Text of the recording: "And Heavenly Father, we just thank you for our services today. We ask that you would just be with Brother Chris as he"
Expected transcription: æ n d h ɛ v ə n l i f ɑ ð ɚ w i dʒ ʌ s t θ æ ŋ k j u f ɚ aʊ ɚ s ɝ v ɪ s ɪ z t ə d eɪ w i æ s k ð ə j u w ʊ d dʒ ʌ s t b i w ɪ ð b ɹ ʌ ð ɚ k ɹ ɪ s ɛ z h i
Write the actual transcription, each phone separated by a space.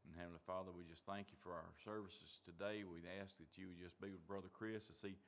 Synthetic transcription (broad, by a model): n h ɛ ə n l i f ɑ ð ɚ w i dʒ ʌ s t θ æ ŋ k j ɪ f ɚ aʊ ɚ s ɝ v ɪ s ɪ z t ə d eɪ w i æ s k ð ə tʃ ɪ w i dʒ ʌ s b i w ɪ ð b ɹ ʌ ð ɚ k ɹ ɪ s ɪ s i